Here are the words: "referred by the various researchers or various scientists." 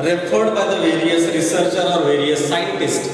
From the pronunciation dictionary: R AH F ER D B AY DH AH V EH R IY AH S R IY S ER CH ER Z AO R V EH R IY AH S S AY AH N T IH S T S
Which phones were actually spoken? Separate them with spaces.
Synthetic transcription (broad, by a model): R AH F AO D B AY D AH V EH R IY AH S R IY S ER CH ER AO R V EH R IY AH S S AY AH N T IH S T